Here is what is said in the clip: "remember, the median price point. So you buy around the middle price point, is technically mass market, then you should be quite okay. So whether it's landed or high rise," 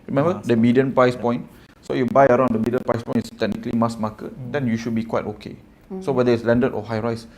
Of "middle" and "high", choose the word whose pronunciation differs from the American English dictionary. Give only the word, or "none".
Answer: middle